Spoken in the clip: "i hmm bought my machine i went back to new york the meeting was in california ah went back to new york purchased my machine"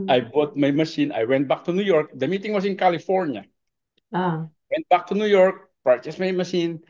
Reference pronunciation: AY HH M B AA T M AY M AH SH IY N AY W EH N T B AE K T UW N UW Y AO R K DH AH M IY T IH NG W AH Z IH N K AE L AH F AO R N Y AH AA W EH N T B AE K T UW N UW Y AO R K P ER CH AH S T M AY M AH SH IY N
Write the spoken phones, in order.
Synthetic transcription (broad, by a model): AY B AA T M AY M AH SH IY N AY W EH N T B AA K T UW N UW Y AO R K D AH M IY T IH NG W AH S IH N K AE L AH F AO R N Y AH AA W EH N T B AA K T UW N UW Y AO R K P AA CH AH S M AY M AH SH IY N